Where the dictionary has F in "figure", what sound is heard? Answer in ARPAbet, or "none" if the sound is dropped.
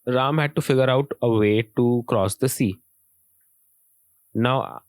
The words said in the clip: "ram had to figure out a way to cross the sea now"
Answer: F